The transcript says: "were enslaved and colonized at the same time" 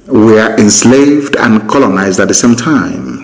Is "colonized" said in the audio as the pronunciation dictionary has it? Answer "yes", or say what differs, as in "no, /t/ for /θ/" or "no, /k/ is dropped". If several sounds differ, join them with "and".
yes